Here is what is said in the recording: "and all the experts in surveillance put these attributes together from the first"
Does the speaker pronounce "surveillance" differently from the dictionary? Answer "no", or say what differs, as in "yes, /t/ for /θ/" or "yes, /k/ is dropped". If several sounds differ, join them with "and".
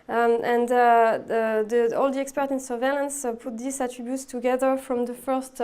no